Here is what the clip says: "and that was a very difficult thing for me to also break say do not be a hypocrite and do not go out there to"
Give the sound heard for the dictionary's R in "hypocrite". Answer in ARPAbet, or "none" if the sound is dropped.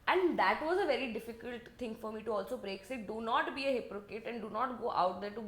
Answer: none